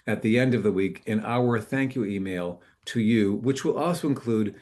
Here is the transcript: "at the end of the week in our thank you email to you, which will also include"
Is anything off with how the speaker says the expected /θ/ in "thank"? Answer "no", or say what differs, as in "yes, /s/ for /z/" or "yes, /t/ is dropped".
no